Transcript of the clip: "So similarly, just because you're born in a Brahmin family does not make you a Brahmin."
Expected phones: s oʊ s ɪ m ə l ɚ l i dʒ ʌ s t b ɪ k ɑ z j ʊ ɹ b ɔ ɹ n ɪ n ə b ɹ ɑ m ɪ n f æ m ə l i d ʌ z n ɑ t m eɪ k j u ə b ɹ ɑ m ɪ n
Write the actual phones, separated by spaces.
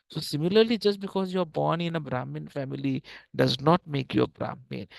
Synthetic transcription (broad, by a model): s oʊ s ɪ m ə l ɚ l i dʒ ʌ s t b ɪ k ɑ z j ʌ ɹ b ɔ ɹ n ɪ n ə b ɹ ɑ m ɪ n f æ m ə l i d ʌ z n ɑ t m eɪ k j u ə b ɹ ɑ m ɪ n